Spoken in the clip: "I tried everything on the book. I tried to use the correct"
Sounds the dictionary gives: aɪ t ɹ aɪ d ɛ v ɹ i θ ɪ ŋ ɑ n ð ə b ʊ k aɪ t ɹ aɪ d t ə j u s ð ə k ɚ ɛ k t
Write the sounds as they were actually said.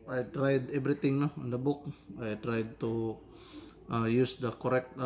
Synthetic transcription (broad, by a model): aɪ t ɹ aɪ d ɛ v ɹ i t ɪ ŋ ɑ n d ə b ʊ k aɪ t ɹ aɪ d t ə j u s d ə k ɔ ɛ k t